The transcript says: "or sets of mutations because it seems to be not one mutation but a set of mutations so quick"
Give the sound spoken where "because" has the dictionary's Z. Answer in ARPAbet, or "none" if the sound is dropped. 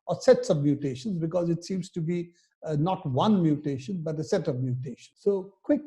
Z